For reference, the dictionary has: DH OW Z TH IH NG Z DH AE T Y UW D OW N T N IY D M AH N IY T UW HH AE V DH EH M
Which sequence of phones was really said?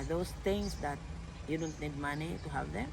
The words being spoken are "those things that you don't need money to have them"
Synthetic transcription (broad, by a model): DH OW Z T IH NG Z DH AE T Y UW D OW N T N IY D M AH N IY T UW HH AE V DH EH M